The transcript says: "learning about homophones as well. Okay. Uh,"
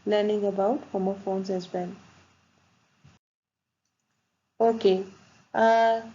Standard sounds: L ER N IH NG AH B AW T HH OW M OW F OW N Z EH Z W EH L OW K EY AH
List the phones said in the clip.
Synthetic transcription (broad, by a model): L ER N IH NG AH B AW T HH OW M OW F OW N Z EH Z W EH N OW K EY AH